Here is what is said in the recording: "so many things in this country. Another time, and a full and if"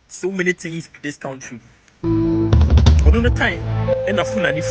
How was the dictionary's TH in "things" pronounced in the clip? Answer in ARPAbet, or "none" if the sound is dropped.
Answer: T